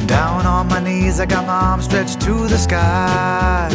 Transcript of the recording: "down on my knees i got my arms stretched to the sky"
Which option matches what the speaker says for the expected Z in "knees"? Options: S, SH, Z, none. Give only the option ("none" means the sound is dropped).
Z